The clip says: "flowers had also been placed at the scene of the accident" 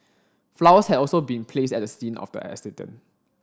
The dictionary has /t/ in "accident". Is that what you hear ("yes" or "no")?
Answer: no